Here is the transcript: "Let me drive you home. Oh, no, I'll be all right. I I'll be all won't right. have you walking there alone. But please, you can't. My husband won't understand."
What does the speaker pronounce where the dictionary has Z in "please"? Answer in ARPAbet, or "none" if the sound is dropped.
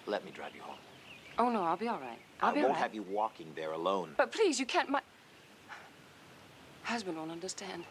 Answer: Z